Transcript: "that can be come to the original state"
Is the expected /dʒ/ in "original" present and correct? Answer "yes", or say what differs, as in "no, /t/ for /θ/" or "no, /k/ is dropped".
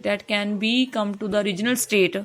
yes